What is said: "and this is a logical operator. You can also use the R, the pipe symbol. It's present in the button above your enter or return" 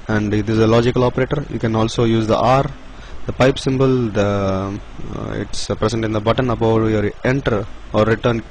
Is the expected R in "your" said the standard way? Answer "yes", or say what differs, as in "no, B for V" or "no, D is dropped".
yes